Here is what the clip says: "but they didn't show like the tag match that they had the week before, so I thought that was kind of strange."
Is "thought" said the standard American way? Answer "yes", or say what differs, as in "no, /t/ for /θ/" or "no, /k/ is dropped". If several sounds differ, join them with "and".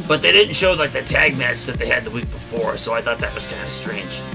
yes